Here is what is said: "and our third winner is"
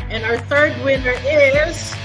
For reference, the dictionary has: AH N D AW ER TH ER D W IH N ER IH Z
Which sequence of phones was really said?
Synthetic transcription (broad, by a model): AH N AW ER TH ER D W IH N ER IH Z